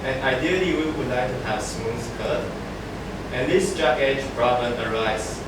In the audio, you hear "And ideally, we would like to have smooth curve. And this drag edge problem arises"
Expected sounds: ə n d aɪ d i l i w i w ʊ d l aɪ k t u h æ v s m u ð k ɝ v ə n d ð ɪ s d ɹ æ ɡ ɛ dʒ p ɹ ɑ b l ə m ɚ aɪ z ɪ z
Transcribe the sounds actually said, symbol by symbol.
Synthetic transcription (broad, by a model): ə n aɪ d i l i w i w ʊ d l aɪ k t u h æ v s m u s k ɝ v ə n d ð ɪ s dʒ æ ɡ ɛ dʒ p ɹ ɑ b ə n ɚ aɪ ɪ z